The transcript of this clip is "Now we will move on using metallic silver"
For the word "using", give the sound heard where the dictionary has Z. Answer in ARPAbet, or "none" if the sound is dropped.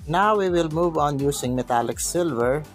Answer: S